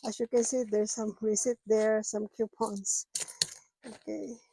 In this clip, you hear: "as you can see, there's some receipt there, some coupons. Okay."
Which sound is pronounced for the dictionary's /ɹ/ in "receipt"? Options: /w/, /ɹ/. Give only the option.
/w/